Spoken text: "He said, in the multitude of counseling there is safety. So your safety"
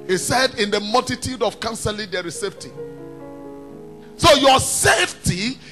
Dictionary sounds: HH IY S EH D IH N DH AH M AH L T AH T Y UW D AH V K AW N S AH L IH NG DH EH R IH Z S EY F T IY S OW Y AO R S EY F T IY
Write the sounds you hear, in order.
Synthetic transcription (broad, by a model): HH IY S EH D IH N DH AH M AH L T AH T Y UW D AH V K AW N S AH L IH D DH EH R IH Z S EY F T IY S OW Y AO S EY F T IY